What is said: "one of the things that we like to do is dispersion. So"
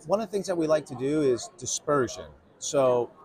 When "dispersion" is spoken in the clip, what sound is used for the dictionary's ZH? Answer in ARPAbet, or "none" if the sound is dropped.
ZH